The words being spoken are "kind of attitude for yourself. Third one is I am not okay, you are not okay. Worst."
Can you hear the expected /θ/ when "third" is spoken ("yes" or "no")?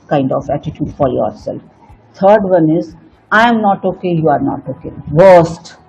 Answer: no